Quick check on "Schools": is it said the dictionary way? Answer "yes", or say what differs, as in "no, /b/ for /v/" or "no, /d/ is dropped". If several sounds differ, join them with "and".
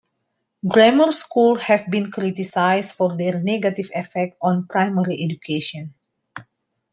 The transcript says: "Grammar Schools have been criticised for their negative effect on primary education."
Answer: no, /z/ is dropped